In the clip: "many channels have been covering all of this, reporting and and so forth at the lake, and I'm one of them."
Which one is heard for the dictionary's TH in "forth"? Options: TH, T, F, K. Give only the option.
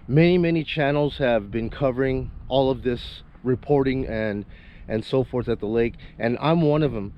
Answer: TH